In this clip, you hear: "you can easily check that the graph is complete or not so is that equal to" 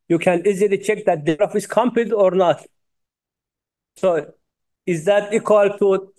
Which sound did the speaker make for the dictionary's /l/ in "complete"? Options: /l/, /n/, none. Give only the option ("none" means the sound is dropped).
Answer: none